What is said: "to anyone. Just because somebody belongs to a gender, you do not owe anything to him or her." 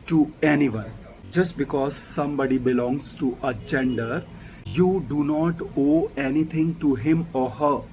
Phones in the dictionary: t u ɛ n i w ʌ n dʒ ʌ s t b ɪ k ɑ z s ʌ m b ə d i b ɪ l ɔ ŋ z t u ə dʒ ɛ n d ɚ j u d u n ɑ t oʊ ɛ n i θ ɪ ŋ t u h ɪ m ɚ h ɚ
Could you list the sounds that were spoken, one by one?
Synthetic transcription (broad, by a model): t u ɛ n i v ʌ n dʒ ʌ s t b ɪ k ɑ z s ʌ m b ə d i b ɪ l ɔ ŋ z t u ə dʒ ɛ n d ɚ j u d u n ɑ t oʊ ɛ n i t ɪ ŋ t u h ɪ m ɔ h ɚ